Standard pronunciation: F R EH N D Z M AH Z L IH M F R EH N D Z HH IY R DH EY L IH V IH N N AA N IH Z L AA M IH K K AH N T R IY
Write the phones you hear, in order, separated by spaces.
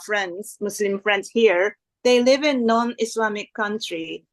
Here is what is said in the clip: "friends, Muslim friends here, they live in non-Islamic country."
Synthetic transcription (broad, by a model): F R EH N D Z M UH S L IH M F R EH N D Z HH IY R DH EY L IH V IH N N AA N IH S L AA M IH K K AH N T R IY